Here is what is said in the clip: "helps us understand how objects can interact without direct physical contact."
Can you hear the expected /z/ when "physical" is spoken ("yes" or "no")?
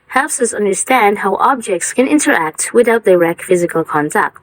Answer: yes